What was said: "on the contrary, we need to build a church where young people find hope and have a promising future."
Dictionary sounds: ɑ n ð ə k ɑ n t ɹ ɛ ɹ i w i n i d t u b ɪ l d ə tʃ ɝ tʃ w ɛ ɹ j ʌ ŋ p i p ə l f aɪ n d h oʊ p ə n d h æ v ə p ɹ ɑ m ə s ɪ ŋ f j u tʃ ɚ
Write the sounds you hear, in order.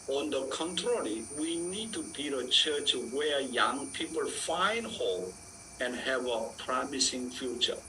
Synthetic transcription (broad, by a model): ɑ n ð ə k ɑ n t ɹ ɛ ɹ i w i n i d t u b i d ə tʃ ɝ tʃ w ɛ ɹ j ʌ ŋ p i p ə l f aɪ n d h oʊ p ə n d h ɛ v ə p ɹ ɑ m ə s ɪ ŋ f j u tʃ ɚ